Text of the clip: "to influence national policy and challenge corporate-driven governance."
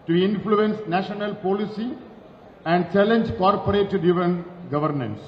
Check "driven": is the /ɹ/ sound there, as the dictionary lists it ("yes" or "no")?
no